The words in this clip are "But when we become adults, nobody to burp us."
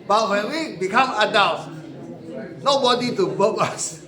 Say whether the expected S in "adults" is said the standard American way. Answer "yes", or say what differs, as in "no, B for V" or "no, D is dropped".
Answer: no, S is dropped